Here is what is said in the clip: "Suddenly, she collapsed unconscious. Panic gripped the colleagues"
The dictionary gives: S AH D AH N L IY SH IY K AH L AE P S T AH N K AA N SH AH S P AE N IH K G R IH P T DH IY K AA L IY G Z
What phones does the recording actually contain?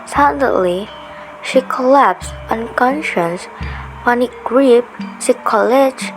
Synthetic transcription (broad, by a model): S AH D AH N L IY SH IY K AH L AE P S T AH N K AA N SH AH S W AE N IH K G R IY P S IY K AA L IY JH